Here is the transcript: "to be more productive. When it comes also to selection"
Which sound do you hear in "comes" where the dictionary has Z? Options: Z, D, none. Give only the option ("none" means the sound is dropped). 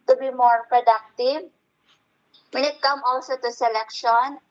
none